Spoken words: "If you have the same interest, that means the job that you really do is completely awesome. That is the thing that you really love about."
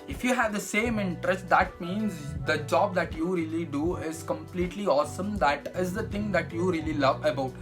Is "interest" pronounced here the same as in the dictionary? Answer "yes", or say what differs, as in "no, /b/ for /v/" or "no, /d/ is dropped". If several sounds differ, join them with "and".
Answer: yes